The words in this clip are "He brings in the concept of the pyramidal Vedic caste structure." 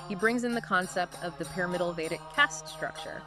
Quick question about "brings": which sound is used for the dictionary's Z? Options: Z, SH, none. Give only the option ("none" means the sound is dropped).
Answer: Z